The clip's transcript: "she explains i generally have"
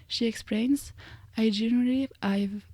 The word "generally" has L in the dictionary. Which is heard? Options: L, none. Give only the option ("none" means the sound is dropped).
none